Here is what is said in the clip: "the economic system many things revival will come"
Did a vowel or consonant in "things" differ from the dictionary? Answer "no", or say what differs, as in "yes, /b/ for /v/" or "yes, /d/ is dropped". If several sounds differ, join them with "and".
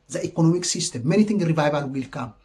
yes, /t/ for /θ/